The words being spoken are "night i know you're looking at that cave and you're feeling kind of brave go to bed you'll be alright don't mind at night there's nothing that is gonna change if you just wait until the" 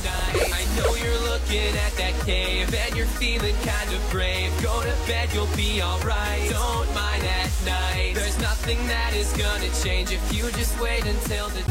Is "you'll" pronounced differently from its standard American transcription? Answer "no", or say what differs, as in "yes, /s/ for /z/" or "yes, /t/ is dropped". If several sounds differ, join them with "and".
no